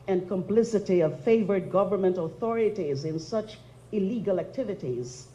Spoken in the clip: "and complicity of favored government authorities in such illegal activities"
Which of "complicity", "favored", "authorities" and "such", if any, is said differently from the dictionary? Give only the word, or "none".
none